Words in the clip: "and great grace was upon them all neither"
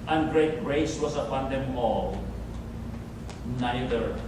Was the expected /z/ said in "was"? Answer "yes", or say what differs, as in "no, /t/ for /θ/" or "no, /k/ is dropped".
no, /s/ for /z/